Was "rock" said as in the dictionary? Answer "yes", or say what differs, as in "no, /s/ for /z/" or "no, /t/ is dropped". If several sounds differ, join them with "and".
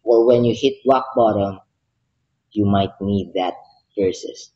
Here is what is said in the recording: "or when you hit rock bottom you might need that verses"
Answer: no, /w/ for /ɹ/